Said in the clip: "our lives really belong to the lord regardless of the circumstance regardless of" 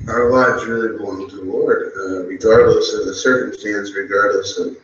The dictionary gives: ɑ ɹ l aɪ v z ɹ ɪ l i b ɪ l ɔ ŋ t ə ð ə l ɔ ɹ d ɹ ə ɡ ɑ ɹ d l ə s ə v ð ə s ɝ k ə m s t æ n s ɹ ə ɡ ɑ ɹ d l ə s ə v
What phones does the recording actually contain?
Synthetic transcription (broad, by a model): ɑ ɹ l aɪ z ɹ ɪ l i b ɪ ɪ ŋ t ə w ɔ ɹ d ɹ ə ɡ ɑ ɹ d l ə s ə v ð ə s ɝ k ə m s t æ n s ɹ ə ɡ ɑ ɹ d l ə s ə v